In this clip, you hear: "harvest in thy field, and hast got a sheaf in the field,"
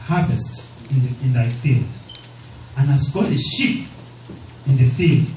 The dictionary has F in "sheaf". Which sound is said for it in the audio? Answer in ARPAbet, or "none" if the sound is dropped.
P